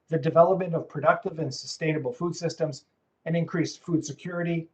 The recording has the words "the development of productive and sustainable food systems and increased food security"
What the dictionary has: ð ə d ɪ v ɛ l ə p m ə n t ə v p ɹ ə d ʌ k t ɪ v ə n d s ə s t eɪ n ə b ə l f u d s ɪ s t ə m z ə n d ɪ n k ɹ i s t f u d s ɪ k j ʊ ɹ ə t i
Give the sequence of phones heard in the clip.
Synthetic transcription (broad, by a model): ð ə d ɪ v ɛ l ə p m ə n t ə v p ɹ ə d ʌ k t ɪ v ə n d s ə s t eɪ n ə b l f u d s ɪ s t ə m z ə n ɪ n k ɹ i s t f u d s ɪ k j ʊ ɹ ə t i